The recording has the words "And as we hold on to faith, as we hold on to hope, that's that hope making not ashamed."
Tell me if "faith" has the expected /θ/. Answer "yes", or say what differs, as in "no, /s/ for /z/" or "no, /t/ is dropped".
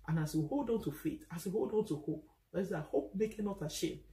no, /t/ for /θ/